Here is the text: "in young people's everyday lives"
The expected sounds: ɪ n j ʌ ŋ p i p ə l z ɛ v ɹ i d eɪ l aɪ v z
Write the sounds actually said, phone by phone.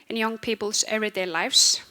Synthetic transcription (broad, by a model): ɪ n j ʌ ŋ p i p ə l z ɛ ɹ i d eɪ l aɪ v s